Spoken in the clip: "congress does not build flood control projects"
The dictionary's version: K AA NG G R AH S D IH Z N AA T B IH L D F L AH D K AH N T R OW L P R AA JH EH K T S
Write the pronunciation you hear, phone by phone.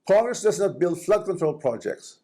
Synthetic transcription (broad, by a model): K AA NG G R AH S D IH S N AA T B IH L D F L AH D K AH N T R OW L P R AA JH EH K T S